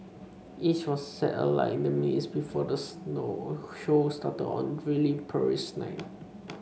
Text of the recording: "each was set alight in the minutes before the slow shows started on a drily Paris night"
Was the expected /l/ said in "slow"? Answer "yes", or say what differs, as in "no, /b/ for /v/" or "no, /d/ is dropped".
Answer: no, /n/ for /l/